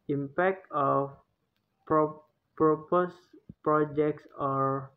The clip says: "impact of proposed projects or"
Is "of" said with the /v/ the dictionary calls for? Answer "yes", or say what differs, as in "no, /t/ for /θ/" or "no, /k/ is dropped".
no, /p/ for /v/